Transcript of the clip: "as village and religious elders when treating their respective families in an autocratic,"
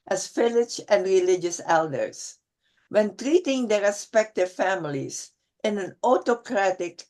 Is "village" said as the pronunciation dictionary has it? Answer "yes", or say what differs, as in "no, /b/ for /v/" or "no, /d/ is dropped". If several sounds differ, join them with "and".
no, /f/ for /v/